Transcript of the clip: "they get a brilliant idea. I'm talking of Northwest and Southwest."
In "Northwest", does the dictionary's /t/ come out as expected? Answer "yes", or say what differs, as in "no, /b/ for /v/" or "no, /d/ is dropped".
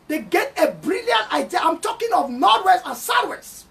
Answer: no, /t/ is dropped